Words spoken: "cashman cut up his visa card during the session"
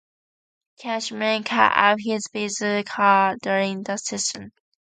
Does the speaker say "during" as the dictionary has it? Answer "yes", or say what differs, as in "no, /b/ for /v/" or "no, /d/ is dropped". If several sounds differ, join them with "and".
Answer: yes